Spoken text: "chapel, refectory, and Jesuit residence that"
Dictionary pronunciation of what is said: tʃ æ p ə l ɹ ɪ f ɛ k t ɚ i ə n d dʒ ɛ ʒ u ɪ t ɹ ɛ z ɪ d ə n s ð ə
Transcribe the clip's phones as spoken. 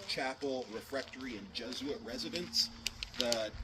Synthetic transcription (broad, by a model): tʃ æ p l ɹ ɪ f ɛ k t ɚ i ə n dʒ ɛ z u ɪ t ɹ ɛ z ɪ d ə n s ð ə